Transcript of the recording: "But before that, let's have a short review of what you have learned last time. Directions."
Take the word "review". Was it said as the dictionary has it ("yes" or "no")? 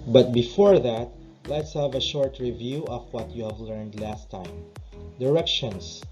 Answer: yes